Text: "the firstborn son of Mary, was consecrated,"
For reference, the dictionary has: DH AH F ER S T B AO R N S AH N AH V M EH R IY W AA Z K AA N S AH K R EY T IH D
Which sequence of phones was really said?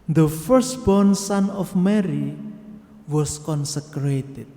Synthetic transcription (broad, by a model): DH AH F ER S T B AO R N S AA N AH F M EH R IY W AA S K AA N S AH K R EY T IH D